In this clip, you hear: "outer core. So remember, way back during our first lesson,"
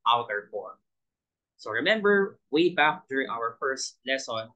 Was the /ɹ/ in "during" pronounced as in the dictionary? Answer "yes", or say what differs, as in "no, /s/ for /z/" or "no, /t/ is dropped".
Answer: yes